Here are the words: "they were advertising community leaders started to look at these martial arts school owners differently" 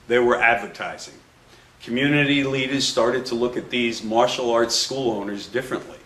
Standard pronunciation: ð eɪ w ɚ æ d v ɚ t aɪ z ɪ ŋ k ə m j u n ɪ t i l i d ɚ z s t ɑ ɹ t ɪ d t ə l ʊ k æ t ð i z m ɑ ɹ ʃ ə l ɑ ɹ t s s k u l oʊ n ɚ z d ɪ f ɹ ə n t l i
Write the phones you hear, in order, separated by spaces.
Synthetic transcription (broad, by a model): ð eɪ w ɚ æ d v ɚ t aɪ z ɪ ŋ k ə m j u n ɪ t i l i d ɚ z s t ɑ ɹ t ɪ d t ə l ʊ k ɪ t ð i z m ɑ ɹ ʃ l ɑ ɹ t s s k u l oʊ n ɚ z d ɪ f ɹ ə n t l i